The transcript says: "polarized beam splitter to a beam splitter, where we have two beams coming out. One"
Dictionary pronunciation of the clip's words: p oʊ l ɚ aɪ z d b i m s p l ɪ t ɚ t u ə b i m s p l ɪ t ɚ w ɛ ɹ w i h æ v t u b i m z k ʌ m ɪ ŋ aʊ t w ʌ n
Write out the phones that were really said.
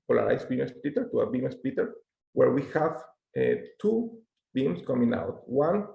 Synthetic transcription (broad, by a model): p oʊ l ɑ aɪ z b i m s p i t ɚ t u ə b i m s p i t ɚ w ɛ ɹ w i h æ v t u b i m s k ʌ m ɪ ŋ aʊ t w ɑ n